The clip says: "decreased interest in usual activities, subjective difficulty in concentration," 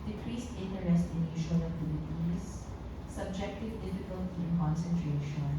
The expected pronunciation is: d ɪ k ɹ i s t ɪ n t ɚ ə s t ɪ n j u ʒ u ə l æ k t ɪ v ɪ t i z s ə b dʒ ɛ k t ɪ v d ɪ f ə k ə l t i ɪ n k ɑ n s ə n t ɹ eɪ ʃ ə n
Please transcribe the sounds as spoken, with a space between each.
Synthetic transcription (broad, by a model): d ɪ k ɹ i s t ɪ n t ɚ ə s t ɪ n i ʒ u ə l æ t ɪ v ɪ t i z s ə b dʒ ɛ k t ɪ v d ɪ f ə k ə l t i ɪ n k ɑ n s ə n t ɹ eɪ ʃ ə n